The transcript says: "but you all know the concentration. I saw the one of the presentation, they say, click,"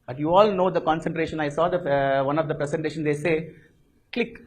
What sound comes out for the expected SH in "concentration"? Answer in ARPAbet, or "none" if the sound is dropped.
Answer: SH